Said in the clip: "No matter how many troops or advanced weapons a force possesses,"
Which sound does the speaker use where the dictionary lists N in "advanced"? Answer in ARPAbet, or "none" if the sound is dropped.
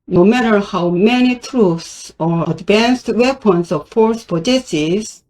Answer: N